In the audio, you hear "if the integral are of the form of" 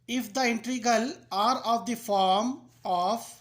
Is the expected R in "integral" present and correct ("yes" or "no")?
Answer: no